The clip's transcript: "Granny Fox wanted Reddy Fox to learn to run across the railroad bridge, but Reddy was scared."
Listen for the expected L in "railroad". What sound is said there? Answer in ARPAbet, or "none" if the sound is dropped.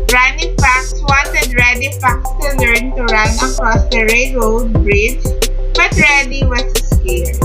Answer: none